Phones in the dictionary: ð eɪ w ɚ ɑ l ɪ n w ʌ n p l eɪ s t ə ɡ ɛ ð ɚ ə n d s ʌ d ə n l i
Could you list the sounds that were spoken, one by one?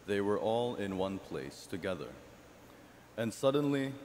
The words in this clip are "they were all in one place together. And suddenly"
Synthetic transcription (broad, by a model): ð eɪ w ɚ ɑ l ɪ n w ʌ n p l eɪ s t ə ɡ ɛ ð ɚ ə n s ʌ d n l i